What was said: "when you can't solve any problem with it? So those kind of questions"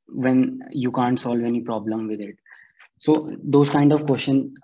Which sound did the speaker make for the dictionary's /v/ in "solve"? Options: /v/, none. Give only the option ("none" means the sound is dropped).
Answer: /v/